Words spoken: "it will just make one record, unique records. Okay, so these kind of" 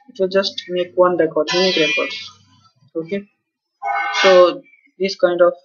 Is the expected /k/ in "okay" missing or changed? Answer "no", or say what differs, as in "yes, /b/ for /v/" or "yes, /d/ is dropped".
no